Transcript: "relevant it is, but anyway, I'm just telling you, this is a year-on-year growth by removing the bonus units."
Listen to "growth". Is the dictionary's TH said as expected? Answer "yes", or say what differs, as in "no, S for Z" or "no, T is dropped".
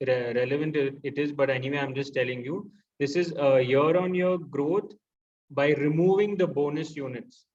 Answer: no, T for TH